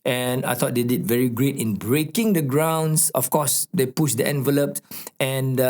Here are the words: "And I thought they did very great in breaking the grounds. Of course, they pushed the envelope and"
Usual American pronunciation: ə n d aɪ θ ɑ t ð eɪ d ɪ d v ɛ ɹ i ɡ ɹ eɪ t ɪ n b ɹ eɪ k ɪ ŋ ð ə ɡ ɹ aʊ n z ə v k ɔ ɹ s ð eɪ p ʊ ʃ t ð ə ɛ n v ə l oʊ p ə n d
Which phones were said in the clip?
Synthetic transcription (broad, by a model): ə n aɪ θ ɑ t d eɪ d ɪ d v ɛ ɹ i ɡ ɹ eɪ t ɪ n b ɹ eɪ k ɪ ŋ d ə ɡ ɹ aʊ n s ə f k ɔ s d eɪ p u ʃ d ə ɛ n v ə l oʊ p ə n